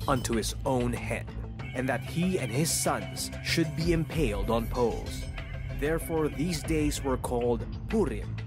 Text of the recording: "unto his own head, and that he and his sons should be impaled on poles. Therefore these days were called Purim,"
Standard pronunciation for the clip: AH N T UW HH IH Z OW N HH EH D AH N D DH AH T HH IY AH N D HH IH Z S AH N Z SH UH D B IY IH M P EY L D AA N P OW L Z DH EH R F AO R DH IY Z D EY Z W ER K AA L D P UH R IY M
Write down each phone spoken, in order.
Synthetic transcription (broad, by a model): AH N T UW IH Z OW N HH EH D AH N DH AH T HH IY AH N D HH IH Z S AH N Z SH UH D B IY IH M P EY L D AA N P OW L Z DH EH R F AO R DH IY Z D EY Z W ER K AA L D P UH R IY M